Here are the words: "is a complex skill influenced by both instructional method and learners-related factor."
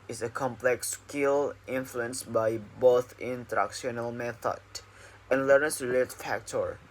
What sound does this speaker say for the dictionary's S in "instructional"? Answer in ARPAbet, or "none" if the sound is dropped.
none